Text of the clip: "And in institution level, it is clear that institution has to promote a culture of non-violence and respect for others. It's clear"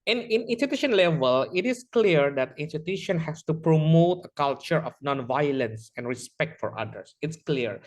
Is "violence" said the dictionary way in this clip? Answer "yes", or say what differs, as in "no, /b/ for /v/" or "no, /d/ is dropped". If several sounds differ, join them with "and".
yes